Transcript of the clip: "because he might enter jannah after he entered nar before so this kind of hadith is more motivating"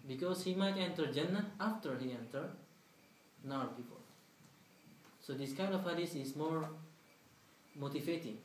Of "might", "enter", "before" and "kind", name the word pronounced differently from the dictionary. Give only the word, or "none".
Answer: before